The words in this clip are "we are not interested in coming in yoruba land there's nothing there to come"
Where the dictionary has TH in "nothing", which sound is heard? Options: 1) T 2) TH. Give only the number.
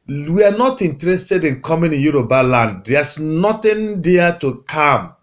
1